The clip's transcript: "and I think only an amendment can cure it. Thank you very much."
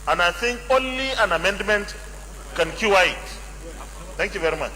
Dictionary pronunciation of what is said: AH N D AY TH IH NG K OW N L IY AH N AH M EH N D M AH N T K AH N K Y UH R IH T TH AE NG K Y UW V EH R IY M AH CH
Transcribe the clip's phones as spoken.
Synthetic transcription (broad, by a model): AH N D AY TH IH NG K OW N L IY AH N AH M EH N D M AH N T K AH N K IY W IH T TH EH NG K Y UW V EH R IY M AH CH